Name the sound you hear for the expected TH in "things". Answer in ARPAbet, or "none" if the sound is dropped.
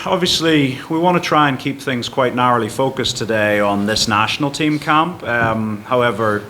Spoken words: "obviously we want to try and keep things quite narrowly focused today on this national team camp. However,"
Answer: TH